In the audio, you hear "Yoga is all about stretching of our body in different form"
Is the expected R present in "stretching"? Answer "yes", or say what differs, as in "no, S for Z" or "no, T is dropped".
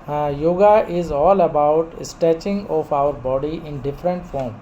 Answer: no, R is dropped